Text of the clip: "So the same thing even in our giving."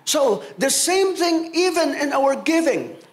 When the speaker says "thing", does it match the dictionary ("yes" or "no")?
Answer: yes